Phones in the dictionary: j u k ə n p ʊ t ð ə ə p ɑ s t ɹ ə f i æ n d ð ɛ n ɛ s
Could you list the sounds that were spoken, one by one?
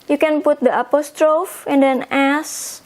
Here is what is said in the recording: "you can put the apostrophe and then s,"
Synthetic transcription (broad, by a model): j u k ə n p ʊ t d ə ə p ɑ s t ɹ ə f i n d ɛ n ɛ s